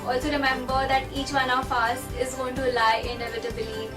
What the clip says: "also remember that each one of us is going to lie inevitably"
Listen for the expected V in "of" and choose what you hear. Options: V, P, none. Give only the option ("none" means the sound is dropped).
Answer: P